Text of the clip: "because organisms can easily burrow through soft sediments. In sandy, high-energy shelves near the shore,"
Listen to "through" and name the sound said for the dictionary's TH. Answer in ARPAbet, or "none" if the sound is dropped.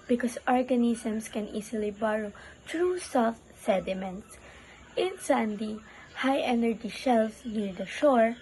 T